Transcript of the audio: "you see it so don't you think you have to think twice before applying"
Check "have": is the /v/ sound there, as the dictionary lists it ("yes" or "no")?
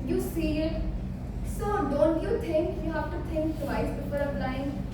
no